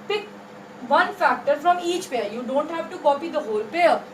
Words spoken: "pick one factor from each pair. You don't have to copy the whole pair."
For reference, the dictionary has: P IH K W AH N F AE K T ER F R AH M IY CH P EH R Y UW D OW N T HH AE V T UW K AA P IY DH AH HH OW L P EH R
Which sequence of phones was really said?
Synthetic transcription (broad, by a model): P IH K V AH N F AE K T ER F R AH M IY CH P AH R Y UW D OW N T HH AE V T UW K AA P IY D AH HH OW L P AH R